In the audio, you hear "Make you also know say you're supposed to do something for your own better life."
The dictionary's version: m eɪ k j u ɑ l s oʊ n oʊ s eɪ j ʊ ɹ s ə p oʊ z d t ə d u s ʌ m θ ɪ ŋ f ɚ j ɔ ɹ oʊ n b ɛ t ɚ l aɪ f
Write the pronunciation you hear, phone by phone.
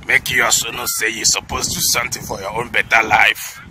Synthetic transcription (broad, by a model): m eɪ k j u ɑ s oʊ n oʊ s eɪ j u s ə p oʊ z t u s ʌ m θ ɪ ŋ f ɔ j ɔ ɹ oʊ n b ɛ t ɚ l aɪ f